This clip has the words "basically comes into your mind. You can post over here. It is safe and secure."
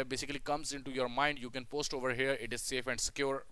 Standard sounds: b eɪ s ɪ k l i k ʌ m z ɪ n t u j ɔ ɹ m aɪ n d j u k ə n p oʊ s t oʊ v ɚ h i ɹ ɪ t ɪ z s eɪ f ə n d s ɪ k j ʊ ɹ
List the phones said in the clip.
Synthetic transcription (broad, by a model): b eɪ s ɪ k l i k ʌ m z ɪ n t u j ɔ ɹ m aɪ n d j u k ə n p oʊ s t oʊ v ɚ h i ɹ ɪ t ɪ z s eɪ f ə n d s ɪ k j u ɹ